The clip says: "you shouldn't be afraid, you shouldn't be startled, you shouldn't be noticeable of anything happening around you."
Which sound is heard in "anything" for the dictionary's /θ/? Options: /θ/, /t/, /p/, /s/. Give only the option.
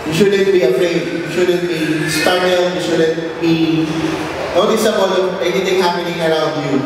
/t/